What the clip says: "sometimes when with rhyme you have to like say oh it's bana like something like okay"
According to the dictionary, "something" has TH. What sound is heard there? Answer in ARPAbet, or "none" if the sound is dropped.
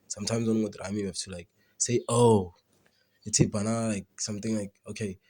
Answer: T